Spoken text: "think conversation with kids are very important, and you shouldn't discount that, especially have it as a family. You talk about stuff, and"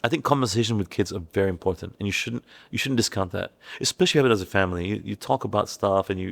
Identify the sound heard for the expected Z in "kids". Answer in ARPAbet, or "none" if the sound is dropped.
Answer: Z